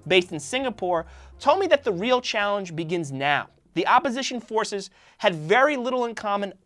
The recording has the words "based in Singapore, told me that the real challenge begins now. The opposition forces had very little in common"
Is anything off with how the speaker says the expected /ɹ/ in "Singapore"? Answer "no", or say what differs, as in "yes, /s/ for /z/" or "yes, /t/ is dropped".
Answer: no